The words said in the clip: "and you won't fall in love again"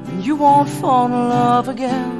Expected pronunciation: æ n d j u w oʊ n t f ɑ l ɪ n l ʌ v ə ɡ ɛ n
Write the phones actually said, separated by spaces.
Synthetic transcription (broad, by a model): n j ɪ w oʊ n t f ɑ n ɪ l ʌ v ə ɡ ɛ n